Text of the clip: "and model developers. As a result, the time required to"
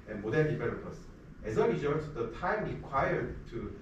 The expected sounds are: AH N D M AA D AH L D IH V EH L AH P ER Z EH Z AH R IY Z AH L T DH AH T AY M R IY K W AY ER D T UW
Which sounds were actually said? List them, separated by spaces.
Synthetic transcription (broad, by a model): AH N M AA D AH N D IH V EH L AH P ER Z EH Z AH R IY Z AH T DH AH T AY M R IY K W AY ER D T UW